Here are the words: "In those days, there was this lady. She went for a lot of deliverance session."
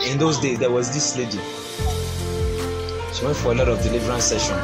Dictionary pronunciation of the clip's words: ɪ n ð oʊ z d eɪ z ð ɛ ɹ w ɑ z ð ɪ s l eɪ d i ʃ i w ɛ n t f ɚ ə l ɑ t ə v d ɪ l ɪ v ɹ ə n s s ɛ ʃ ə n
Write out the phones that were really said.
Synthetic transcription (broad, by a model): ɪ n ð oʊ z d eɪ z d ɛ w ɑ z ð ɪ s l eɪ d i ʃ i w ɛ n t f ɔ ə l ɑ t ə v d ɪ l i v ɹ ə n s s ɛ ʃ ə n